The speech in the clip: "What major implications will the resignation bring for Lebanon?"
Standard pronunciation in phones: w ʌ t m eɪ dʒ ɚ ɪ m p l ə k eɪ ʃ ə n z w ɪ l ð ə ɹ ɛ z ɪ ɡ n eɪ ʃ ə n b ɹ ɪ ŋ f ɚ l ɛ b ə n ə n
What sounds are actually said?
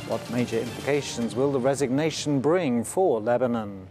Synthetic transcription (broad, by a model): w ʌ t m eɪ dʒ ɚ ɪ m p l ə k eɪ ʃ ə n z w ɪ l ð ə ɹ ɛ z ɪ ɡ n eɪ ʃ ə n b ɹ ɪ ŋ f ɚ l ɛ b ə n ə n